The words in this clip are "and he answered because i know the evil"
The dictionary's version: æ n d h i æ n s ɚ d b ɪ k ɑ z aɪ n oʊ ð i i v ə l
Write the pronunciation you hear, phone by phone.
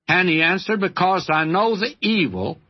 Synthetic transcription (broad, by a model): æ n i æ n s ɚ d b ɪ k ɑ z aɪ n oʊ ð i i v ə l